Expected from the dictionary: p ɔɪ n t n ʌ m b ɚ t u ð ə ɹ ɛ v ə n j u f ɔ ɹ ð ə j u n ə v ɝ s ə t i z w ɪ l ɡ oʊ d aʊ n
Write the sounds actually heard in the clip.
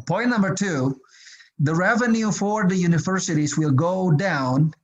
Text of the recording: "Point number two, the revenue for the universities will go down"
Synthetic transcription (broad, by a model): p ɔɪ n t n ʌ m b ɚ t u ð ə ɹ ɛ v ə n j u f ɔ ɹ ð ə j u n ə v ɝ s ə t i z w ɪ l ɡ oʊ d aʊ n